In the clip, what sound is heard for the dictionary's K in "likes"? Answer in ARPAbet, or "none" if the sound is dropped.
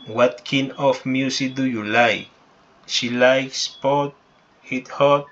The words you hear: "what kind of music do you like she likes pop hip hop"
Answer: K